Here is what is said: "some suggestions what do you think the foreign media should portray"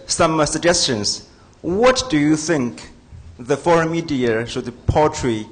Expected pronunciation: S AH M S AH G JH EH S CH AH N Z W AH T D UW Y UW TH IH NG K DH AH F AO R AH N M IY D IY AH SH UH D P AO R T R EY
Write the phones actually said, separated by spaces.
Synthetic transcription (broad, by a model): S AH M S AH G JH EH S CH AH N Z W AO T D UW Y UW TH IH NG K DH AH F AO R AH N M IY D IY AH S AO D P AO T R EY